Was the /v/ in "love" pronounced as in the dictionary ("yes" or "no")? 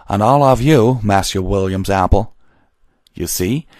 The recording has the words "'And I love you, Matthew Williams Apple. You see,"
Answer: yes